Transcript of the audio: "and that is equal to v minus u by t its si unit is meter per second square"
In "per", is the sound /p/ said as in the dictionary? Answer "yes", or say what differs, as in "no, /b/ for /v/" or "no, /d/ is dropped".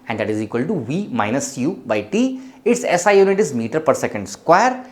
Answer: yes